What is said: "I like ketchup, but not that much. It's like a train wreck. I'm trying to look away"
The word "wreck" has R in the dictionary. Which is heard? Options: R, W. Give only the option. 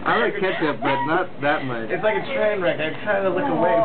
R